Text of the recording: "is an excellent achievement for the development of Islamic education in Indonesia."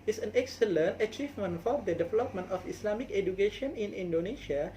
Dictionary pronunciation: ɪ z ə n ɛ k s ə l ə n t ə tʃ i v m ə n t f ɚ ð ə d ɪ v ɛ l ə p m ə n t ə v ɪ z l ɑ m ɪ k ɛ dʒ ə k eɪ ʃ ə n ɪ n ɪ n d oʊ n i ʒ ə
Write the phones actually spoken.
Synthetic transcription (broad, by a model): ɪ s ə n ɛ k s ə l ə n t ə tʃ i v m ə n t f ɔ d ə d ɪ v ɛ l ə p m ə n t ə f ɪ s l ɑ m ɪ k ɛ dʒ ə k eɪ ʃ ə n ɪ n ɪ n d oʊ n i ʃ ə